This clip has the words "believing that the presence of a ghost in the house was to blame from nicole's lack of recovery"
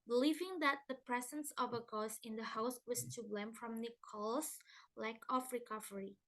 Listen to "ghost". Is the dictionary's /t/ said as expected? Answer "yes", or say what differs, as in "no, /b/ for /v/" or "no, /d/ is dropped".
no, /t/ is dropped